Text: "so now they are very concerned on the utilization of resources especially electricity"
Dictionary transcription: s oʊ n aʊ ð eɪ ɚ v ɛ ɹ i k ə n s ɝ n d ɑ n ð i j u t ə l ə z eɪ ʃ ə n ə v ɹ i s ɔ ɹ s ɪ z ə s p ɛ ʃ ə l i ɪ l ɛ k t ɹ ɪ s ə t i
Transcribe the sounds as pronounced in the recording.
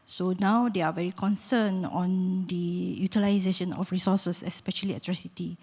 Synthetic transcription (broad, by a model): s oʊ n aʊ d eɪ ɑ v ɛ ɹ i k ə n s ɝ n ɑ n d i j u t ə l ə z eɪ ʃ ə n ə f ɹ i s ɔ s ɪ s ə s p ɛ ʃ ə l i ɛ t ɹ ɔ s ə t i